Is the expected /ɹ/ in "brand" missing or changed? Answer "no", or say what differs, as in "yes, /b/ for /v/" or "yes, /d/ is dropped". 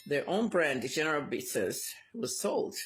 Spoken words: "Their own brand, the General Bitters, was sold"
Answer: no